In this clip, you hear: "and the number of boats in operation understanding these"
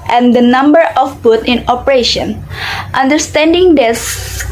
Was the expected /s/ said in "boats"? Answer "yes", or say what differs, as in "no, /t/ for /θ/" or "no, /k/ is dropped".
no, /s/ is dropped